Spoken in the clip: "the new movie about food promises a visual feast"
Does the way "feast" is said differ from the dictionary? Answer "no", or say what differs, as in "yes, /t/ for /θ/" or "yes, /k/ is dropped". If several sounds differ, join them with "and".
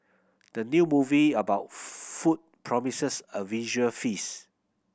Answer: yes, /t/ is dropped